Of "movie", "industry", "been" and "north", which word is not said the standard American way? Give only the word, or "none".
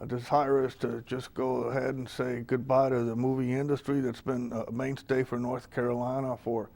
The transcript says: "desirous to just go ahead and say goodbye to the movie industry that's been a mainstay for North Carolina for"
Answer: none